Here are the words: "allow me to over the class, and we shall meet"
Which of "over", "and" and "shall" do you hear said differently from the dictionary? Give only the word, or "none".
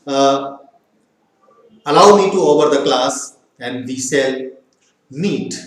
shall